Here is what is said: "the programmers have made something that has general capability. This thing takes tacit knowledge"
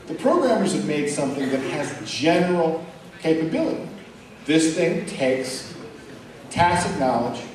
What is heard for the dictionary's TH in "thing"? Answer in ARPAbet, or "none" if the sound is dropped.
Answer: TH